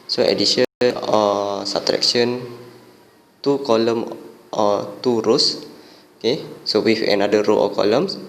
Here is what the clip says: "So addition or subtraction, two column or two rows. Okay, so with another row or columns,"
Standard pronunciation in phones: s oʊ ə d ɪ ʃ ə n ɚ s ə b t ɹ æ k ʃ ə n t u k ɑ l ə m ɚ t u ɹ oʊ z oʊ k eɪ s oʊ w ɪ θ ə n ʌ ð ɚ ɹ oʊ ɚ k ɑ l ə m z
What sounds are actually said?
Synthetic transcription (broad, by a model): s oʊ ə d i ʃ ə ɚ s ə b t ɹ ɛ k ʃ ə n t u k ɑ l ə m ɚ t u ɹ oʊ s oʊ k eɪ s oʊ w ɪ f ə n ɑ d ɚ ɹ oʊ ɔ k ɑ l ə m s